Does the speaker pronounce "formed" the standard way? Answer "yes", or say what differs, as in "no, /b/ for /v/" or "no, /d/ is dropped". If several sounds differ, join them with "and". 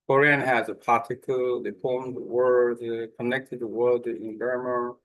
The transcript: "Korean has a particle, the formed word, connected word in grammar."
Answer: no, /p/ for /f/